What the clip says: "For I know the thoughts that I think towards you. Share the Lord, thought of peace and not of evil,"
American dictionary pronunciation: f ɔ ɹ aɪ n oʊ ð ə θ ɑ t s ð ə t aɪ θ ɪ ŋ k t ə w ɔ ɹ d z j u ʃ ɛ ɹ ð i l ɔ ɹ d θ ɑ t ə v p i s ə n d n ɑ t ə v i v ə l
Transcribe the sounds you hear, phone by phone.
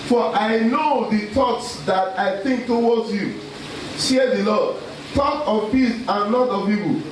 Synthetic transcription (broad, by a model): f ɔ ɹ aɪ n oʊ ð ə t ɑ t s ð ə t aɪ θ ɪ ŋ k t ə w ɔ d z j u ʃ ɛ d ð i l ɔ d t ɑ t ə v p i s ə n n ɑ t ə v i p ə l